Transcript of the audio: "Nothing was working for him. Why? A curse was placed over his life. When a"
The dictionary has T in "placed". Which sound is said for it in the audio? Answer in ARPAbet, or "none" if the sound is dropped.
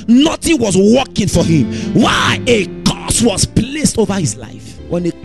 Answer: T